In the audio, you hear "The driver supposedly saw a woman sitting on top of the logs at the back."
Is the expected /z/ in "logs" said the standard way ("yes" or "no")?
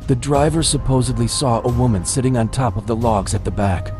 yes